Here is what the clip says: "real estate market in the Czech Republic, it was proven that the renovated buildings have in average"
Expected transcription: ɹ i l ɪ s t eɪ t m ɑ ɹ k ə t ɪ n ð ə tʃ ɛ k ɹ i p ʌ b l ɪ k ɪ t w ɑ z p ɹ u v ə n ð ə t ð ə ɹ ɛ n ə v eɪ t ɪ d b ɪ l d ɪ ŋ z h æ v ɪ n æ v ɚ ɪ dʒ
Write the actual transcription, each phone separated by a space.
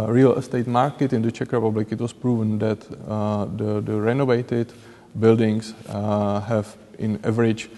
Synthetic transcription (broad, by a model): ɹ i l s t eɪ t m ɑ ɹ k ə t ɪ n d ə tʃ ɛ k ɹ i p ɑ b l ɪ k ɪ t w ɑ s p ɹ u v ə n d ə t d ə ɹ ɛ n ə v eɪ t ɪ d b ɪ l d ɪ ŋ s h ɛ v ɪ n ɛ v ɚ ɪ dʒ